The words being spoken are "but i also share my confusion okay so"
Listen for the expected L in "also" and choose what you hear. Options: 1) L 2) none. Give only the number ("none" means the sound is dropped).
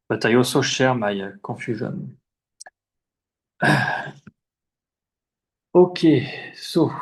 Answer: 2